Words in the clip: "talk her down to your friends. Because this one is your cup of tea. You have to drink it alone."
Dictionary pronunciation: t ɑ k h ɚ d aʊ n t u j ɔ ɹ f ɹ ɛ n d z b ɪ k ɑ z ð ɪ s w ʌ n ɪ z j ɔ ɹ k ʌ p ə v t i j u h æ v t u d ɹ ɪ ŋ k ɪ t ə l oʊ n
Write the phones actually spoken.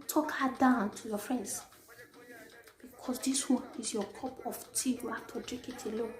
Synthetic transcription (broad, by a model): t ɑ k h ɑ d aʊ n t u j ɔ f ɹ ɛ n d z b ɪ k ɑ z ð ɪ s w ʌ n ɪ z j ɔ k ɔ p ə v t i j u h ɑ f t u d ɹ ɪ k ɪ t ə l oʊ